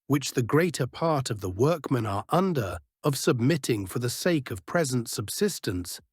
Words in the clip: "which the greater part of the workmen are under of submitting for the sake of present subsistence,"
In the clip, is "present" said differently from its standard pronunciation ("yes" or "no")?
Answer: no